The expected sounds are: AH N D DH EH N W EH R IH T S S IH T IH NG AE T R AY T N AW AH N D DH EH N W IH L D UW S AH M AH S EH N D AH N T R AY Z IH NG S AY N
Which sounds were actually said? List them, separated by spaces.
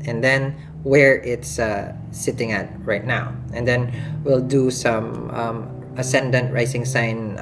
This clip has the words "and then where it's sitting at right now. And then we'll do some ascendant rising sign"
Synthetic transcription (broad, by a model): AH N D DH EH N W EH R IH T S S IH T IH NG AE T R AY T N AW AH N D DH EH N W IH L D UW S AH M AH S EH N D AH N T R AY S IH NG S AY N